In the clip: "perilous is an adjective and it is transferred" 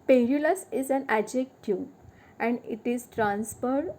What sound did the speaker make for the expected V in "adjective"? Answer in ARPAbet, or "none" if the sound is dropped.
none